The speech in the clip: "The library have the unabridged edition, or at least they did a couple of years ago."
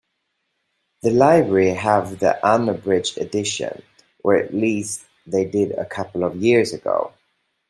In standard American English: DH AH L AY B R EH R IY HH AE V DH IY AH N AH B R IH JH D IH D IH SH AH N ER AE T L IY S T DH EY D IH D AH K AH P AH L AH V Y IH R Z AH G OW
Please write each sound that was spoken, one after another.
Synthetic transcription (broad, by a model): DH AH L AY B R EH R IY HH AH V DH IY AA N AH B R IH JH IH D IH SH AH N ER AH T L IY S DH EY D IH D AH K AH P AH L AH V Y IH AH Z AH G OW